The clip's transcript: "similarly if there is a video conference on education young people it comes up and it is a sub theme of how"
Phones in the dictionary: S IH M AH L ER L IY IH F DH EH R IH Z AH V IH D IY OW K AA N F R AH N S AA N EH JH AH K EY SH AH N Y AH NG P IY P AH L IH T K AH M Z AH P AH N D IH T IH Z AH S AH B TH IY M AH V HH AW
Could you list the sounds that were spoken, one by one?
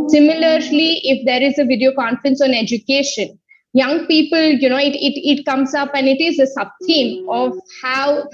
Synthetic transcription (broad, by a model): S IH M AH L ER L IY IH F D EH R IH Z AH V IH D IY OW K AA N F R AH N S AA N EH JH AH K EY SH AH N Y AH NG P IY P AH L IH T K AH M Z AH P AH N IH T IH Z AH S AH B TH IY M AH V HH AW